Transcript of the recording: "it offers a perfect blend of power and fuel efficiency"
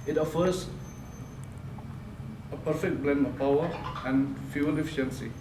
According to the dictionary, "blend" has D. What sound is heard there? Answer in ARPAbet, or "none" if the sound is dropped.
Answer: none